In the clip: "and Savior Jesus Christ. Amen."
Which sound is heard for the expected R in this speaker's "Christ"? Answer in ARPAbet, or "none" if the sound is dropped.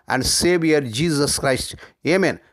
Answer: R